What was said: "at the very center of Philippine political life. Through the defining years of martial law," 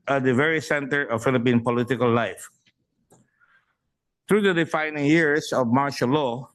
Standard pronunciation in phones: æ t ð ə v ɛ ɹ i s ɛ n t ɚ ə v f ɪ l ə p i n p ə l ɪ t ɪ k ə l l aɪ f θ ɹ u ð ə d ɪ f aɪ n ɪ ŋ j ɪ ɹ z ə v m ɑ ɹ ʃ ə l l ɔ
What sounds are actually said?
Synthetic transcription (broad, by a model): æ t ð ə v ɛ ɹ i s ɛ n t ɚ ə v f ɪ l ə p i n p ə l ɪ t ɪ k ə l l aɪ f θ ɹ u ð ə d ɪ f aɪ n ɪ ŋ j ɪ ɹ s ə v m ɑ ɹ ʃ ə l l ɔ